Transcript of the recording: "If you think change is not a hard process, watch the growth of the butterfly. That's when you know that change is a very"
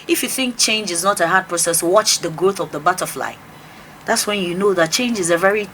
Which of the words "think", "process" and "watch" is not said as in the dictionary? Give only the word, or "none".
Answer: none